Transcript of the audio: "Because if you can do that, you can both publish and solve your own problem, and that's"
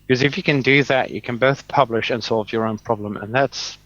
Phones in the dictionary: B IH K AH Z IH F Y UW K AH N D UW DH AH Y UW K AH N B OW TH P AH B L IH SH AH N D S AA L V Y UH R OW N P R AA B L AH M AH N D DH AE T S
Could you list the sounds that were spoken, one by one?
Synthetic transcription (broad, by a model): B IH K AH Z IH F Y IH K AH N D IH DH AH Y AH K AH N B OW TH P AH B L IH SH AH N S AA L V Y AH R OW N P R AA B L AH M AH N DH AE T S